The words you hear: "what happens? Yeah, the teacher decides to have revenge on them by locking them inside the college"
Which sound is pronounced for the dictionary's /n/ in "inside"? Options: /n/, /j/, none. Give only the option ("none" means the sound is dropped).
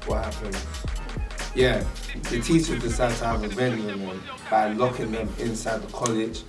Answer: /n/